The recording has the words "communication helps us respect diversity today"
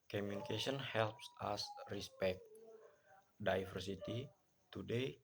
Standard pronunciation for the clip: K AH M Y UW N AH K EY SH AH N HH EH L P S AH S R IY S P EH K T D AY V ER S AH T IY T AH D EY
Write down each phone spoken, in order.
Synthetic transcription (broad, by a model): K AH M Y UW N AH K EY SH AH N HH EH L P S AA S R IY S P EH K T D AY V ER S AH T IY T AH D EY